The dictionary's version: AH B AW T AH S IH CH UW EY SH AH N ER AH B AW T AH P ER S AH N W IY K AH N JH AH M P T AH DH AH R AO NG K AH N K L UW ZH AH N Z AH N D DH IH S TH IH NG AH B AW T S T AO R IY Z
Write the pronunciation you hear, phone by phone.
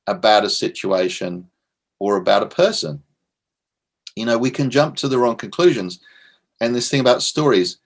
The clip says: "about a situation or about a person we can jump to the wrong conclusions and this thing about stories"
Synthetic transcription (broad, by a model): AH B AW T AH S IH CH UW EY SH AH N ER AH B AW T AH P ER S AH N W IY K AH N JH AH M P T AH DH AH R AO NG K AH N K L UW ZH AH N Z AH N DH IH S TH IH NG AH B AW T S T AO R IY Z